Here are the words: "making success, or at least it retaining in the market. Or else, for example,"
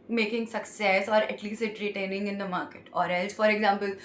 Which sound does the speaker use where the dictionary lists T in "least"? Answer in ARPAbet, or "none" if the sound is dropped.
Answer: none